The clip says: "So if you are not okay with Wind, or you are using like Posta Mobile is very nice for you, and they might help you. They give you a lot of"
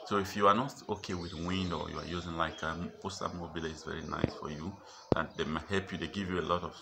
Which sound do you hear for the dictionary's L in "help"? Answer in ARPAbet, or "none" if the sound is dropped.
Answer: L